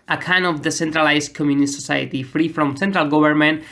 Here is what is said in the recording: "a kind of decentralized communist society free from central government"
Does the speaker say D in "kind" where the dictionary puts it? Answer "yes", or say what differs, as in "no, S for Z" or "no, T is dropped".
no, D is dropped